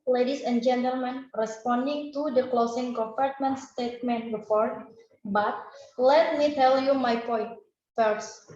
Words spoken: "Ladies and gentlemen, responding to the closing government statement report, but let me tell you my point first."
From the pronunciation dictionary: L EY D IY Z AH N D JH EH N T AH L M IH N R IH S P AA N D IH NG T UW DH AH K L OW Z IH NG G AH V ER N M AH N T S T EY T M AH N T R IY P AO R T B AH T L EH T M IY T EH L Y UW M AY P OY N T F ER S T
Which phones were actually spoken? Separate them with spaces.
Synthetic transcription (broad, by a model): L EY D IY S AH N JH EH N T AH L M IH N R IH S P AA N D IH NG T UW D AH K L OW S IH NG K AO P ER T M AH N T S T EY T M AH N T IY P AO R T B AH T L EH T M IY T EH L Y UW M AY P OY N T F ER S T